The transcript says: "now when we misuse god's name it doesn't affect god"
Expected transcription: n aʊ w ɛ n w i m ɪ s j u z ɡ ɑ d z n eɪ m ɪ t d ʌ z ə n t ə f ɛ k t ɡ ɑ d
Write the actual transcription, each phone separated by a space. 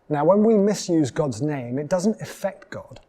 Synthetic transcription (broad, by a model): n aʊ w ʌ n w i m ɪ s j u z ɡ ɑ d z n eɪ m ɪ t d ʌ z ə n t ə f ɛ k t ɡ ɑ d